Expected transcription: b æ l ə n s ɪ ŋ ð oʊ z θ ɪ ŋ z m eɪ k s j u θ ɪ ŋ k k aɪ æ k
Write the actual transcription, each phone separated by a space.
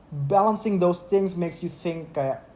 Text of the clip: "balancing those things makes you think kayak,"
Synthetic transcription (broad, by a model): b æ l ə n s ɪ ŋ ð oʊ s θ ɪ ŋ s m eɪ k s j u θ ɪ ŋ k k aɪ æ